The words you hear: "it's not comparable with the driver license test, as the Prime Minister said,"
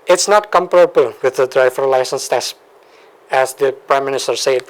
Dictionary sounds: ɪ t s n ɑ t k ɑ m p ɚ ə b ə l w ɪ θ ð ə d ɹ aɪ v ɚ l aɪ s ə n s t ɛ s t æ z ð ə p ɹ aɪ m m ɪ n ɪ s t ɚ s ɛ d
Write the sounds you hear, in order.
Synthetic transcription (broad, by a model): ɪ t s n ɑ t k ɑ m p ɚ ə b ə l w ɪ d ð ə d ɹ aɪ f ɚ l aɪ s ə n s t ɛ s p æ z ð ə p ɹ aɪ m m ɪ n ɪ s t ɚ s ɛ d